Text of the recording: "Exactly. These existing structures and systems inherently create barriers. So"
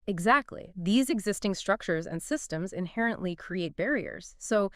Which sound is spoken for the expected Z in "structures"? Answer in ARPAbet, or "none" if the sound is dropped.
Z